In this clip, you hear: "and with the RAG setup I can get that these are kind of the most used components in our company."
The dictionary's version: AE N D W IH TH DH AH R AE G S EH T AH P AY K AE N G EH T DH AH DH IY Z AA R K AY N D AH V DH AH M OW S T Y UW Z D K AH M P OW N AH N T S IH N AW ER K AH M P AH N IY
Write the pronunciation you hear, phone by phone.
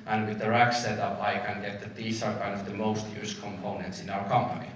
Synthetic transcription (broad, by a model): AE N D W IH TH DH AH R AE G S EH T AH P AY K AE N G EH T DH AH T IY S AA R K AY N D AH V DH AH M OW S T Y UW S K AH M P OW N AH N T S IH N AW ER K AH M P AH N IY